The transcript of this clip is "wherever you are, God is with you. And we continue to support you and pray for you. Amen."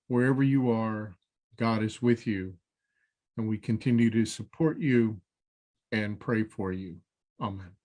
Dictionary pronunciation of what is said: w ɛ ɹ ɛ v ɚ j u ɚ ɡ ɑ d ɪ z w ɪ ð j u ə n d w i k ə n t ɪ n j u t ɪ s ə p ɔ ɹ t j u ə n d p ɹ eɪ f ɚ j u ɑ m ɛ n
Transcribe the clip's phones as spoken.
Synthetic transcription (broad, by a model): w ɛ ɹ ɛ v ɚ j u ɚ ɡ ɑ d ɪ z w ɪ ð j u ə n w i k ə n t ɪ n j u t ɪ s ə p ɔ ɹ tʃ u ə n p ɹ eɪ f ɚ j u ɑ m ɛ n